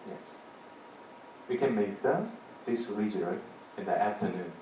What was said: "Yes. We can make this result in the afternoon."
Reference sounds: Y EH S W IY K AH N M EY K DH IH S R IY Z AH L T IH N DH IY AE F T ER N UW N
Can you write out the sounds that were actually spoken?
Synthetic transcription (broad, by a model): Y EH S W IY K AH N M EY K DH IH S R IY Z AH T IH N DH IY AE F T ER N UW N